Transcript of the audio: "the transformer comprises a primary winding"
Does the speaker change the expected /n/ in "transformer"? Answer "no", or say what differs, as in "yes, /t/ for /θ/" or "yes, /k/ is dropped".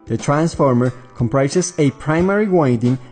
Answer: no